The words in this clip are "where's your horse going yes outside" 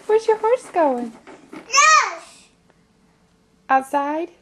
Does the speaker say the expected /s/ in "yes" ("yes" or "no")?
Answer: no